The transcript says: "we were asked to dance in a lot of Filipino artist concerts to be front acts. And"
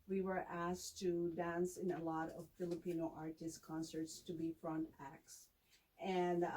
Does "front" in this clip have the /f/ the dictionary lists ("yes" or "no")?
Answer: yes